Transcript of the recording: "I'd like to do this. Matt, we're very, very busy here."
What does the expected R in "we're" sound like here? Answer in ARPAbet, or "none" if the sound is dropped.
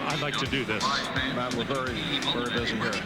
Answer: L